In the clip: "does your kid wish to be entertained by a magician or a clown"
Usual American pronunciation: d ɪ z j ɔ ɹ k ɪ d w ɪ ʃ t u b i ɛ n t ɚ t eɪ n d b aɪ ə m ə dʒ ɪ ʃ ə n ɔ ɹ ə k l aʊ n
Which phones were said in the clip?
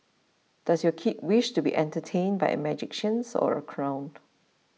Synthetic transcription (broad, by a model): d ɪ s j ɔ k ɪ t w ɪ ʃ t u b i ɛ n t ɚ t eɪ n b aɪ ə m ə dʒ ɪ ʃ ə n ɔ ɹ ə k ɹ aʊ n